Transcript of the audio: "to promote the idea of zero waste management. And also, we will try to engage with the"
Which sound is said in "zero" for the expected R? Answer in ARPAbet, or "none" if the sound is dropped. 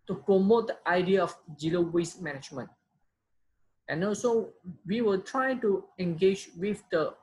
L